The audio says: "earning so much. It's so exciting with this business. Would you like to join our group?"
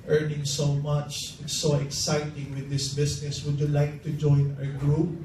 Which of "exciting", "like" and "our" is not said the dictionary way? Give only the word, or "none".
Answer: none